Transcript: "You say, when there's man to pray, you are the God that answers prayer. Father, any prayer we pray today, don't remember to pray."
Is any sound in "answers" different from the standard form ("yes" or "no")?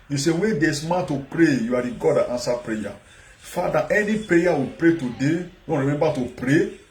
yes